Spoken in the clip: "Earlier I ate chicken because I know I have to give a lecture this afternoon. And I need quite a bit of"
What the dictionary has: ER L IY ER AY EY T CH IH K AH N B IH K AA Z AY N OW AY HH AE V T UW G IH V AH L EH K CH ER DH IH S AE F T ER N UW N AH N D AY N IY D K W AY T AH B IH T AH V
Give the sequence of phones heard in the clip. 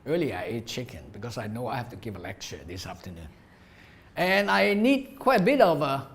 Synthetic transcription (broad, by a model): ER L IY AY EY T CH IH K AH N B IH K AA S AY N OW AY HH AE F T UW G IH V AH L EH K CH ER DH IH S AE F T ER N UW N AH N AY N IY D K W AY T AH B IH T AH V